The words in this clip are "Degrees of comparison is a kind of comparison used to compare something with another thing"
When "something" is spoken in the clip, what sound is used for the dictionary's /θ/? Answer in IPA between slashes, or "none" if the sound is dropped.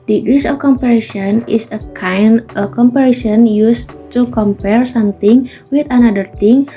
/t/